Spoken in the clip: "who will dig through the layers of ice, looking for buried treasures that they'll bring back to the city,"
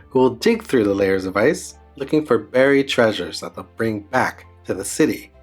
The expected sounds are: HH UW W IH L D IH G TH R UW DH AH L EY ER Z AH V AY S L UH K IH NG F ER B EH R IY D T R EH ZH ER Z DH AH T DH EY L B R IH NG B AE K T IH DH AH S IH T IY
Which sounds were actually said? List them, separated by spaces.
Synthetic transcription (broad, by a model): HH UW W IH L D IH G TH R UW DH AH L EY ER Z AH V AY S L UH K IH NG F ER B EH R IY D T R EH ZH ER Z DH AH T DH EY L B R IH NG B AE K T IH DH AH S IH T IY